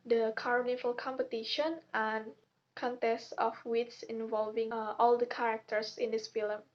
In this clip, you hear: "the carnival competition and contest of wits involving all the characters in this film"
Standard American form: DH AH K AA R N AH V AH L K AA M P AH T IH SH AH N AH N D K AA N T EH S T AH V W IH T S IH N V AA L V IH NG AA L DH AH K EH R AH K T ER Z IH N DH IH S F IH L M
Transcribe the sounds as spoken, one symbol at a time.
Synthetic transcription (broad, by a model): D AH K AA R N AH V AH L K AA M P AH T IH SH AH N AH N K AA N T EH S T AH F W IH T S IH N V AA L V IH NG AA L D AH K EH R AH K T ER S IH N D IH S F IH L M